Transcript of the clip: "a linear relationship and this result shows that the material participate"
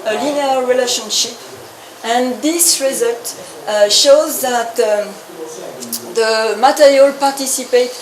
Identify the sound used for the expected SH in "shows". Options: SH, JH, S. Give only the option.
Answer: SH